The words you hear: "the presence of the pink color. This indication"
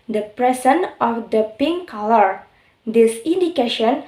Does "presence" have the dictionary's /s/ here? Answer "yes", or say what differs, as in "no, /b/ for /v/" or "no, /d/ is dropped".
no, /s/ is dropped